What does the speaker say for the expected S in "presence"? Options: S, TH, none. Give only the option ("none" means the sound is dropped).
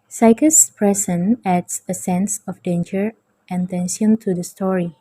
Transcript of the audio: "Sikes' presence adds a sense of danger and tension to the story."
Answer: none